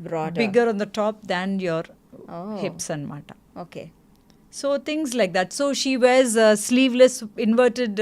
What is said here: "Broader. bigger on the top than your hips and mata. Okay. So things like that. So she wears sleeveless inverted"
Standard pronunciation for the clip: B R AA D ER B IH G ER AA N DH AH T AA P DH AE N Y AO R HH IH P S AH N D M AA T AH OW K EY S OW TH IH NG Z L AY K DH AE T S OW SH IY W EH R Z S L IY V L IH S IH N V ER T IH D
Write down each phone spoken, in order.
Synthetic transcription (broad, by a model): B R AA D B IH G ER AA N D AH T AA P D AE N Y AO R HH IH P S AH N D M AA T AH OW K EY S OW T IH NG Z L AY K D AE T S OW SH IY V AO Z S L IY V L IH S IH N V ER T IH D